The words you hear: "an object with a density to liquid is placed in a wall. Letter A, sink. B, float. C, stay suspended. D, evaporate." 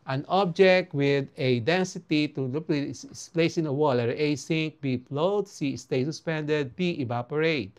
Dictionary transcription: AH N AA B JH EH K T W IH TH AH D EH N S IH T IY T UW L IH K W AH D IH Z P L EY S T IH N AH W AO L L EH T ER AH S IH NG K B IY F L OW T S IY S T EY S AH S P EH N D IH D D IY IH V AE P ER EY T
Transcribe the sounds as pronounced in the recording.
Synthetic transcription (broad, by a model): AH N AA B JH EH K T W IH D AH D EH N S IH T IY T UW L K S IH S P L EY S IH N AH W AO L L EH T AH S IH NG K B IY P L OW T S IY S T EY S AH S P EH N D IH D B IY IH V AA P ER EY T